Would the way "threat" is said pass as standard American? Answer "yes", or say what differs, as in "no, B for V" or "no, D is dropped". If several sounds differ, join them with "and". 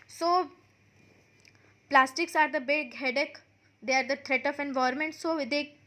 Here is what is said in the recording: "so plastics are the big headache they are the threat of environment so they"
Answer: no, T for TH